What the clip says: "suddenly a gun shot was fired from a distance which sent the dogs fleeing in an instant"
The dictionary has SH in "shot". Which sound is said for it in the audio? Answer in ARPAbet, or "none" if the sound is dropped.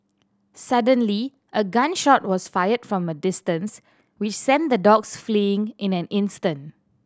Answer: SH